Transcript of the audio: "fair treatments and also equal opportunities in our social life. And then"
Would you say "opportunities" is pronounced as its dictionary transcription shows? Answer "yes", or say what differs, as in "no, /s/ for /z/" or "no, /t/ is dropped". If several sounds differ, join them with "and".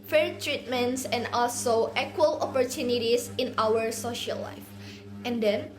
no, /s/ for /z/